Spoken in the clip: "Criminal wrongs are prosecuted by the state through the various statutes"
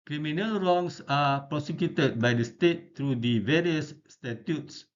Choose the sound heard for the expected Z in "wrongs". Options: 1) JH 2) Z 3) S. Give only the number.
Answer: 3